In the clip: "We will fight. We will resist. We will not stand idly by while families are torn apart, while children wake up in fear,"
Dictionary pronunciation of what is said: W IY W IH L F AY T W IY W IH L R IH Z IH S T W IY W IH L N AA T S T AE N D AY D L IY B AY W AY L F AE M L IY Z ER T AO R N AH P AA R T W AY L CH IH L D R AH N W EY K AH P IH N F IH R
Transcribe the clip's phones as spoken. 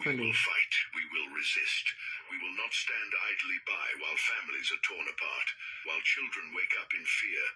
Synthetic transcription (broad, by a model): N W IH L F AY T W IY W IH L R IH Z IH S T W IY W IH L N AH T S T AE N D AY D L IY B AY W AY L F AE M L IY Z ER T AO R N AH P AA R T W AY L CH IH L D R AH N W EY K AH P IH N F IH R